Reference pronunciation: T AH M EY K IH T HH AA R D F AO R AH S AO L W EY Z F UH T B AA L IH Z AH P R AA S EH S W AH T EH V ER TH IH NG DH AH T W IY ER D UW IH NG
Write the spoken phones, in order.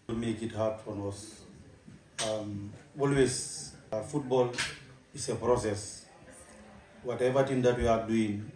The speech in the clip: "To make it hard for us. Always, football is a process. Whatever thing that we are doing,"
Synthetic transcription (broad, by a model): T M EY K IH T HH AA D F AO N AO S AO L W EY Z F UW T B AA L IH S AH P R AA S EH S W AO T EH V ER T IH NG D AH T W IY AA D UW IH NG